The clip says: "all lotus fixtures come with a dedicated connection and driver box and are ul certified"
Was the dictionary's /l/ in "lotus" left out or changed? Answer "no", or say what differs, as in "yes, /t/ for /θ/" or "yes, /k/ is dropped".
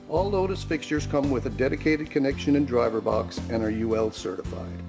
yes, /n/ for /l/